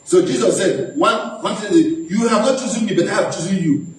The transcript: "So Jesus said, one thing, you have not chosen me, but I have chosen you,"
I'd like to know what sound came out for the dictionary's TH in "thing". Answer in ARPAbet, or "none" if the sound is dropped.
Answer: S